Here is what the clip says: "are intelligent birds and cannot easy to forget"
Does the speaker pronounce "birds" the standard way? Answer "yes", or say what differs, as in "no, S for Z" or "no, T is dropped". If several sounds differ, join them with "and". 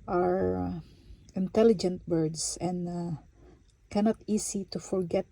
no, S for Z